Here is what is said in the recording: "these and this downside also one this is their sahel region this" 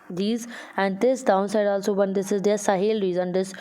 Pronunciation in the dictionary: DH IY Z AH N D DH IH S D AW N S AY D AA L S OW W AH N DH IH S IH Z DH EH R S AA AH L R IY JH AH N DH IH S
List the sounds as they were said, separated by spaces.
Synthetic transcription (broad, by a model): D IY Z AH N D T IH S D AW N S AY D AA L S OW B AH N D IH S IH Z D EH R S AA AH L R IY Z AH N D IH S